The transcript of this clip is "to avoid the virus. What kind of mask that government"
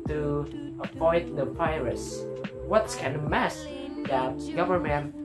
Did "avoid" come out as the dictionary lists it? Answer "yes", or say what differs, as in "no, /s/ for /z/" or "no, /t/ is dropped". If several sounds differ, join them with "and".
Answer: no, /p/ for /v/